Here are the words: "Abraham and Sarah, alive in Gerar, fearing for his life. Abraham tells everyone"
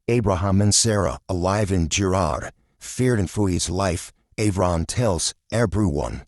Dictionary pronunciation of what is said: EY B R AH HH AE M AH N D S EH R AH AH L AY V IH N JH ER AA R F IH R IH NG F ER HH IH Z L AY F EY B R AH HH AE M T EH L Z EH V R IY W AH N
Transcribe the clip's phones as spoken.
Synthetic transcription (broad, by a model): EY B R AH HH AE M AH N S EH R AH AH L AY V IH N JH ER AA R F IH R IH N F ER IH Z L AY F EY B R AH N T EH L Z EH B R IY W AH N